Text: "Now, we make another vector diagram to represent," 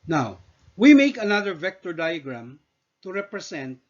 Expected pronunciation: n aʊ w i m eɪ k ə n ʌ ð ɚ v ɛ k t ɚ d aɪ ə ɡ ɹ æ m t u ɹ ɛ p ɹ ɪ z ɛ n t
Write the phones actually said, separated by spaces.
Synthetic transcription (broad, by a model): n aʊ w i m eɪ k ə n ʌ ð ɚ v ɛ k t ɚ d aɪ ə ɡ ɹ æ m t u ɹ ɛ p ɹ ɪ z ɛ n t